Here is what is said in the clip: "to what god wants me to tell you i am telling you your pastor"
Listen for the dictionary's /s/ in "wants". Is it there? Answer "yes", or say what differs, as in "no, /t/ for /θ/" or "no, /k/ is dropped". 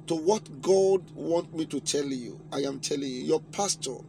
no, /s/ is dropped